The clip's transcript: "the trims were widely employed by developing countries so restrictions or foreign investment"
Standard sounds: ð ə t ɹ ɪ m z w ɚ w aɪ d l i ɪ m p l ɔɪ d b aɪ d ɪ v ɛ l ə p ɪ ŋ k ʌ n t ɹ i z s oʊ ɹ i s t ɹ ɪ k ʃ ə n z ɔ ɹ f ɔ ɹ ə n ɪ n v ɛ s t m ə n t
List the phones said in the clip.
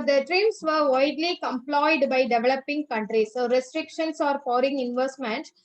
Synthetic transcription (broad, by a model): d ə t ɹ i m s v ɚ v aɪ d l i ɪ m p l ɔɪ d b aɪ d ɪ v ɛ l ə p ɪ ŋ k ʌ n t ɹ i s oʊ ɹ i s t ɹ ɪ k ʃ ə n s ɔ ɹ p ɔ ɹ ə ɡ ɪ n v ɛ s t m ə n t